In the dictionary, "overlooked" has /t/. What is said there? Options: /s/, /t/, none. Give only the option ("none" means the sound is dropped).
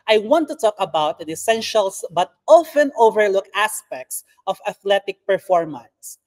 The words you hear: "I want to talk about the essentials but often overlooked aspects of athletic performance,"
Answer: none